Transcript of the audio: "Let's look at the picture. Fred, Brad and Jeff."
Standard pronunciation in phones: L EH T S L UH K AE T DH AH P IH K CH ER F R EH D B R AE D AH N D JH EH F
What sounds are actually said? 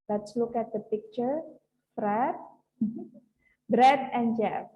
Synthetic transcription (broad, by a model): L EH T S L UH K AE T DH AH P IH K CH ER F R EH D B R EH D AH N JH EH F